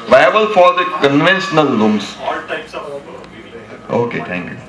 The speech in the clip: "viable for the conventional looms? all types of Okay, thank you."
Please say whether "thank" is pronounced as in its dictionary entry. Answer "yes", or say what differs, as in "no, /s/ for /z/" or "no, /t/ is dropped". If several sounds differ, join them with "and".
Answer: no, /t/ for /θ/